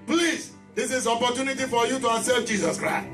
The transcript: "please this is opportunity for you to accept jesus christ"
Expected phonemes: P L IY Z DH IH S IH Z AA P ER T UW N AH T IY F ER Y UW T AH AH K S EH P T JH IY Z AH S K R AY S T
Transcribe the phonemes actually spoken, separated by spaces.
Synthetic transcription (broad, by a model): P L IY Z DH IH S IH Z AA P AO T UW N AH T IY F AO Y UW T AH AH S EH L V JH IY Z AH S K R AY S T